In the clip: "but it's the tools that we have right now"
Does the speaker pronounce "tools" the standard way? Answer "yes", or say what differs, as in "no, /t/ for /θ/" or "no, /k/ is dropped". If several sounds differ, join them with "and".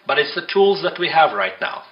yes